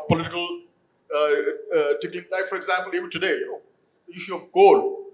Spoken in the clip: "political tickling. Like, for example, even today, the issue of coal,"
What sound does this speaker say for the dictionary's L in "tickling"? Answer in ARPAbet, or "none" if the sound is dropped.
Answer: none